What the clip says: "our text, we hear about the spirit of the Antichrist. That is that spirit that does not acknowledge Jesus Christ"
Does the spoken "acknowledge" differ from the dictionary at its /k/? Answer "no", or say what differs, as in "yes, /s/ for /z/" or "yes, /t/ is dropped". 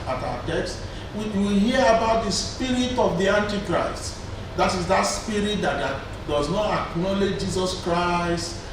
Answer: no